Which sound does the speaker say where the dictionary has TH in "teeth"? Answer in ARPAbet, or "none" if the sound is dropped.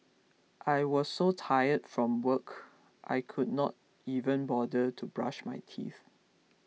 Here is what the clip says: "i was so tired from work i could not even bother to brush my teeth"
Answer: TH